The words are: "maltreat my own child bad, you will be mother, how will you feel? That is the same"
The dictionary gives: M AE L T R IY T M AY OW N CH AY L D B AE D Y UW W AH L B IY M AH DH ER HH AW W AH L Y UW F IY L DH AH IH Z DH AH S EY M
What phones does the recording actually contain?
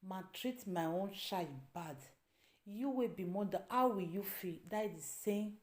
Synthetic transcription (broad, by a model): M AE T R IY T M AY OW N SH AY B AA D Y UW W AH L B IY M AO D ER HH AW W AH L Y UW F IY L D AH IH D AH S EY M